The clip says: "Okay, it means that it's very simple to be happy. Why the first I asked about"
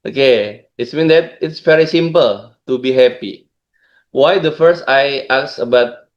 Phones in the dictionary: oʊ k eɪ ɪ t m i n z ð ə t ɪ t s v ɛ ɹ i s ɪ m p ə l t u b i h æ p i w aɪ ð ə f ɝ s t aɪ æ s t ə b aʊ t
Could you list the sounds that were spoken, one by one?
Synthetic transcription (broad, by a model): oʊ k eɪ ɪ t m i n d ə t ɪ t s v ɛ ɹ i s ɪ m p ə l t u b i h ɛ p i w aɪ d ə f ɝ s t aɪ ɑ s ə b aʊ t